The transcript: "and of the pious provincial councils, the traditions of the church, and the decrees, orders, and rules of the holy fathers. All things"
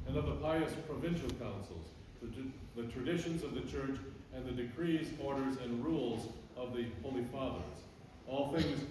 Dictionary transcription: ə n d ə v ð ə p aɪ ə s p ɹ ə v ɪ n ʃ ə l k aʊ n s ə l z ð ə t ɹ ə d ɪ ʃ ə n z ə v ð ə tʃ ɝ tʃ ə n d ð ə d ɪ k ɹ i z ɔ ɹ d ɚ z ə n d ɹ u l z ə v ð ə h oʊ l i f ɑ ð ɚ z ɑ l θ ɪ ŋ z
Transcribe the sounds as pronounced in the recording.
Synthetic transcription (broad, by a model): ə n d ə v ð ə p aɪ ə s p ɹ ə v ɪ n ʃ l k aʊ n s l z ð ə t ɹ ə d ɪ ʃ ə n z ə v ð ə tʃ ɝ tʃ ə n ð ə d ɪ k ɹ i z ɔ ɹ d ɚ z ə n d ɹ u l z ə v ð ə h oʊ l i f ɑ ð ɚ z ɑ l θ ɪ ŋ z